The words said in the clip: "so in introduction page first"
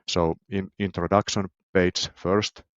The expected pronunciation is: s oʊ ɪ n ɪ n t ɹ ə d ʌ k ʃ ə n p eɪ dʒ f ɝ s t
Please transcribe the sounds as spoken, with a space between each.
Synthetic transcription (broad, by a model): s oʊ ɪ n ɪ n t ɹ ə d ʌ k ʃ ə n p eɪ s f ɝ s t